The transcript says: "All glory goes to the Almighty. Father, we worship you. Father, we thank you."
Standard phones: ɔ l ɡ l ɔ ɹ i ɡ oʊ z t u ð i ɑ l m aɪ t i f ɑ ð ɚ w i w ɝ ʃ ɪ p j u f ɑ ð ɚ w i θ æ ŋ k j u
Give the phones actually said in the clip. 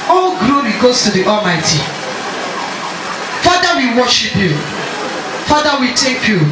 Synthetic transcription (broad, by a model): ɔ ɡ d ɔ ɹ i ɡ oʊ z t u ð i ɑ l m aɪ t i f ɑ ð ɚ w i w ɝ ʃ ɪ p j u f ɑ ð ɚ w i t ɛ k j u